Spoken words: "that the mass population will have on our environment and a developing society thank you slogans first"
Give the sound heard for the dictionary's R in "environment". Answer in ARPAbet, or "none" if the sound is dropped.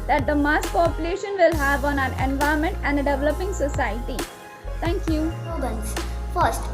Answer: none